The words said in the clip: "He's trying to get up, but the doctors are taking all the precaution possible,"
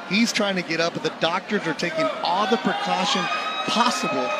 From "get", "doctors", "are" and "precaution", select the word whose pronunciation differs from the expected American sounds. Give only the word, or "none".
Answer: none